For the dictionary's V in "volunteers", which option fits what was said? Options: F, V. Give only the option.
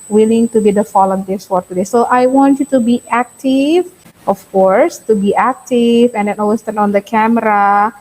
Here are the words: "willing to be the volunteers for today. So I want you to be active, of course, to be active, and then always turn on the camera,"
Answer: F